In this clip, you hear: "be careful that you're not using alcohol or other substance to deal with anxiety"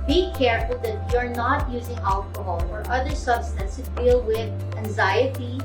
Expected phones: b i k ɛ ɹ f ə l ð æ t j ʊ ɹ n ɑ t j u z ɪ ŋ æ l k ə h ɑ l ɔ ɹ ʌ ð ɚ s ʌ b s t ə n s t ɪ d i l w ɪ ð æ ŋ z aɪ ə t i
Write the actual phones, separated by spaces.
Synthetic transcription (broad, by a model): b i k ɛ ɹ f ə l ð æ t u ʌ ɹ n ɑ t j u z ɪ ŋ æ l k ə h ɑ l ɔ ɹ ʌ ð ɚ s ʌ b s t ə n s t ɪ d i l w ɪ ð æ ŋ z aɪ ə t i